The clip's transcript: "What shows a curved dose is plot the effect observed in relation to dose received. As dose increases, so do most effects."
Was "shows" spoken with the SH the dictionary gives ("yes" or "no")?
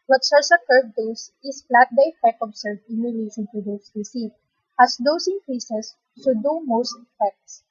no